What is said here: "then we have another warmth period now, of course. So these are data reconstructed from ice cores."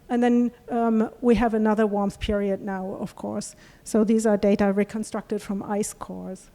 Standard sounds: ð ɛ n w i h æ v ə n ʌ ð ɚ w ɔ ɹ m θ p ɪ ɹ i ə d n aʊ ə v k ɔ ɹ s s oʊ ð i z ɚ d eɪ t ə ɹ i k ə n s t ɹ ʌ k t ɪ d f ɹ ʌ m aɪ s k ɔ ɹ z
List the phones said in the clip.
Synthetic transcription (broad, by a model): ð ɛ n w i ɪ v ə n ʌ ð ɚ w ɔ ɹ m θ p ɪ ɹ i ə d n aʊ ə v k ɔ ɹ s s oʊ ð i z ɚ d eɪ t ə ɹ i k ə n s t ɹ ʌ k t ɪ d f ɹ ʌ m aɪ s k ɔ ɹ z